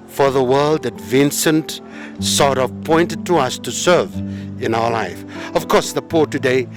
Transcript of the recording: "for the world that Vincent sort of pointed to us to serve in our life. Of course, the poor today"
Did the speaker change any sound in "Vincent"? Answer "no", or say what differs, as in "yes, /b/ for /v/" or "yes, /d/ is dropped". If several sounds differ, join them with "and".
no